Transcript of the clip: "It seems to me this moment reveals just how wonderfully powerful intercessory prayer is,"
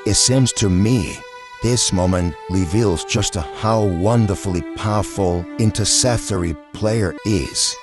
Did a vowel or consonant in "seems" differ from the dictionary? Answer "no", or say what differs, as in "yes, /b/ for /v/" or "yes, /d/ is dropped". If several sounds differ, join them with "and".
no